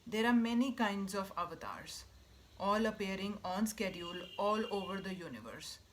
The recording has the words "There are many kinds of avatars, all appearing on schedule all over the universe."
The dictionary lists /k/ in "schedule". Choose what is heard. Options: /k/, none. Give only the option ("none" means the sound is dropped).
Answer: /k/